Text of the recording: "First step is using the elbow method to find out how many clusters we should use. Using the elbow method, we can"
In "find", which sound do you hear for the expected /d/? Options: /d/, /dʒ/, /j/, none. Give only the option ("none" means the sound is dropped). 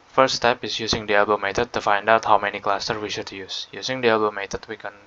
/d/